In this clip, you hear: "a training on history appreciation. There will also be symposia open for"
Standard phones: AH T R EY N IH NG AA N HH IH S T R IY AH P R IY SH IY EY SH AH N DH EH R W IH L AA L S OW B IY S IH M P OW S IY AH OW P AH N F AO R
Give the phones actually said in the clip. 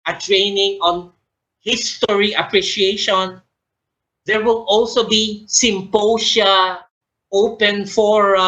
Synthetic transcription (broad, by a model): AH T R EY N IH NG AA N HH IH S T R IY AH P R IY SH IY EY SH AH N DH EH R W IH L AA L S OW B IY S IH M P OW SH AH OW P AH N F AO R